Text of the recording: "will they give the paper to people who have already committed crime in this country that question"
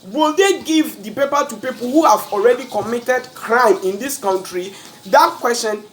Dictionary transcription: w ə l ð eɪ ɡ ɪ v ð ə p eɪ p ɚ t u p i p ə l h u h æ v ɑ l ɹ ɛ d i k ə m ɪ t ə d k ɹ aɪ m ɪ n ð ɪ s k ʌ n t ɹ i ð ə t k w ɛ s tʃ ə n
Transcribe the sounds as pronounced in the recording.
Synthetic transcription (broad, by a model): w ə l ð eɪ ɡ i v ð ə p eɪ p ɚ t u p i p ə l h u h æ v ɑ l ɹ ɛ d i k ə m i t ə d k ɹ aɪ m ɪ n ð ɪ s k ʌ n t ɹ i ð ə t k w ɛ s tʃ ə n